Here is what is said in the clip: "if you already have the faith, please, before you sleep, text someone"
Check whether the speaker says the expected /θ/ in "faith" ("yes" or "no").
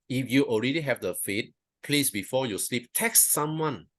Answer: no